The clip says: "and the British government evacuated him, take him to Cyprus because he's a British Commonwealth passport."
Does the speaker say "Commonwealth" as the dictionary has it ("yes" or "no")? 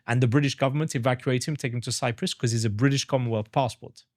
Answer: yes